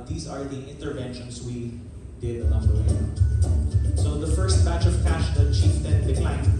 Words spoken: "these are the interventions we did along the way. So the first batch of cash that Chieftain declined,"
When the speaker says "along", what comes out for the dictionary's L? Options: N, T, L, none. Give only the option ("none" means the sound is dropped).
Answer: N